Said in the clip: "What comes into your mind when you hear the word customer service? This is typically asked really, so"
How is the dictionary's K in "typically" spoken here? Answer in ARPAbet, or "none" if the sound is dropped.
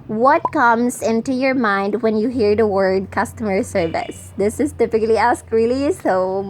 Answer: K